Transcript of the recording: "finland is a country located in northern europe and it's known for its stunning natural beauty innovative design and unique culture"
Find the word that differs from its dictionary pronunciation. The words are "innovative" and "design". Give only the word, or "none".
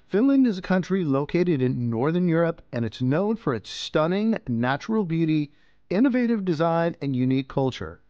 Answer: none